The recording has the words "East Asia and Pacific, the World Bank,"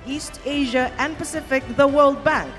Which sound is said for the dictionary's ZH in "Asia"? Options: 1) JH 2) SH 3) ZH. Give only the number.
3